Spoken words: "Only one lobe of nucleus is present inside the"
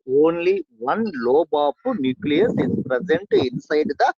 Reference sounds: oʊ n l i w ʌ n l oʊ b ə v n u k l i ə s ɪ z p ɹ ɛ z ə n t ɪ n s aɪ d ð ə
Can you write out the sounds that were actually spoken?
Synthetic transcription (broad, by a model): oʊ n l i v ʌ n l oʊ b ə p n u k l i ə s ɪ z p ɹ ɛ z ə n t ɪ n s aɪ d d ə